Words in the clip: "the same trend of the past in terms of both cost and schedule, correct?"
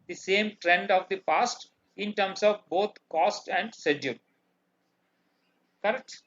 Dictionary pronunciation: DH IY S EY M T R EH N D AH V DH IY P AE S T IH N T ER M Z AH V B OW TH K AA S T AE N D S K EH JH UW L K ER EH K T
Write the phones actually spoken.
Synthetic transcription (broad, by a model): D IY S EY M T R EH N D AH V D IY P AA S T IH N T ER M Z AH V B OW T K AA S T AE N D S EH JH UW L K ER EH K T